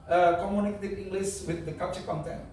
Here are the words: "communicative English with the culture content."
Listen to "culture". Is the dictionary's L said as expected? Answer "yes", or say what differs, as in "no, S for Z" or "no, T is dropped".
no, L is dropped